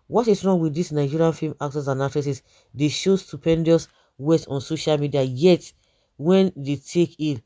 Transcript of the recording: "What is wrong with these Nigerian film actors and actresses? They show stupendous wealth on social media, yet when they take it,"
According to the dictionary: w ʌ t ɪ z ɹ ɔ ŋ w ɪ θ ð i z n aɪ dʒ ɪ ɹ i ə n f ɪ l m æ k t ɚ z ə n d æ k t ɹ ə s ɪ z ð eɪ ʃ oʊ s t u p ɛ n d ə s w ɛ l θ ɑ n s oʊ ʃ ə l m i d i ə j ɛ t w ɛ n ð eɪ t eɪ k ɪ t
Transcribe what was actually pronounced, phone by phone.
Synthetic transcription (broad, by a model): w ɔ t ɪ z ɹ ɔ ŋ w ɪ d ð i s n aɪ dʒ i ɹ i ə n f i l m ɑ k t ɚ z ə n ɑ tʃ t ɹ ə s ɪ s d eɪ ʃ oʊ s t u p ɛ n d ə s w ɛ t ɑ n s oʊ ʃ ə l m i d i ə j ɛ t w ɛ n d eɪ t eɪ k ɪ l